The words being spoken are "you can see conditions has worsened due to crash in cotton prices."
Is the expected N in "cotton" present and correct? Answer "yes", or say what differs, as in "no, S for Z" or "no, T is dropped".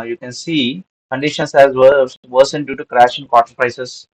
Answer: no, L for N